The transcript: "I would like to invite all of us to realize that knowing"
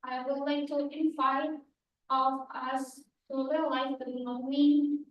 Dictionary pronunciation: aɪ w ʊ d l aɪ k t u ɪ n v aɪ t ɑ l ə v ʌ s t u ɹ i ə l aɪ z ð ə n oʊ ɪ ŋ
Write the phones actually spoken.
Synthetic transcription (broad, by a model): aɪ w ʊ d l aɪ k t u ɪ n f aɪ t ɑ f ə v ʌ s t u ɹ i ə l aɪ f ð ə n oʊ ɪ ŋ